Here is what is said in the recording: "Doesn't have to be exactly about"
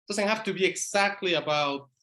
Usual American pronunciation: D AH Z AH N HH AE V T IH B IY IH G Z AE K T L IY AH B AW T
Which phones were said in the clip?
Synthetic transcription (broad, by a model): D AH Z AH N HH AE F T IH B IY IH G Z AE K T L IY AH B AW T